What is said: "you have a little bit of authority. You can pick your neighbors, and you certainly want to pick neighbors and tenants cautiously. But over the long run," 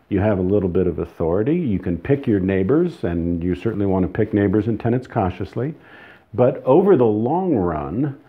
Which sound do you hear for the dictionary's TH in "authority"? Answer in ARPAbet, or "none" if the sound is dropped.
TH